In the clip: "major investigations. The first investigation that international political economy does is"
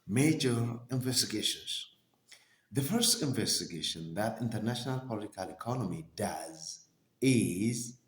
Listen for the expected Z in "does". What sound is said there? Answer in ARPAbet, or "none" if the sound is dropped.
Z